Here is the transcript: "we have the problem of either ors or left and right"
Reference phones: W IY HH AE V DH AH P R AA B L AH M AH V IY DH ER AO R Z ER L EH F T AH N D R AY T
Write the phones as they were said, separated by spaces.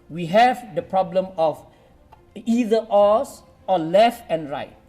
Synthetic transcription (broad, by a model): W IY HH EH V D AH P R AA B L AH M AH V IY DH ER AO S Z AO L EH F T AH N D R AY T